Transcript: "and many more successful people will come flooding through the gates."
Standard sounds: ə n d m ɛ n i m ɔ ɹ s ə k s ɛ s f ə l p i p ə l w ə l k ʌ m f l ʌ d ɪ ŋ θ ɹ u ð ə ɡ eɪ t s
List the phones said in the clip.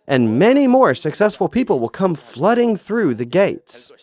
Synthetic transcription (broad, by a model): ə n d m ɛ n i m ɔ ɹ s ə k s ɛ s f ə l p i p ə l w ə l k ʌ m f l ʌ d ɪ ŋ θ ɹ u ð ə ɡ eɪ t s